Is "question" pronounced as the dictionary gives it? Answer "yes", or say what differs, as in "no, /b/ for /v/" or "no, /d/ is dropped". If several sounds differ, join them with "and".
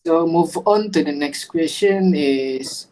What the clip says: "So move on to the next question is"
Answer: no, /ʃ/ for /tʃ/